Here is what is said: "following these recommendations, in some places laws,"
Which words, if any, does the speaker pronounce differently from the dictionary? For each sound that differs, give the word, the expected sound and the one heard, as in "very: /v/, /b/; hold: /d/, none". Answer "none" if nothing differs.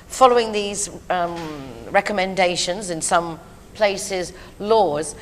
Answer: none